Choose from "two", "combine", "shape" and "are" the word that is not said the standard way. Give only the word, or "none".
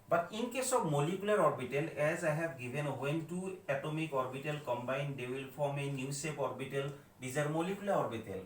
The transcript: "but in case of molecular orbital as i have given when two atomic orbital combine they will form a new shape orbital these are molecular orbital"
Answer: shape